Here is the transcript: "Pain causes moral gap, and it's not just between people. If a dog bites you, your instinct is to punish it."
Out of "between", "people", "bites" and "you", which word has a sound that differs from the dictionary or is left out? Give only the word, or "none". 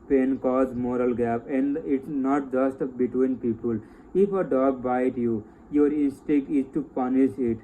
bites